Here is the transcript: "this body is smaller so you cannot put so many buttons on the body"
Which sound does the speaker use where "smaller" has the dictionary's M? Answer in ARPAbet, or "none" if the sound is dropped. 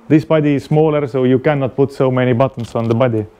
M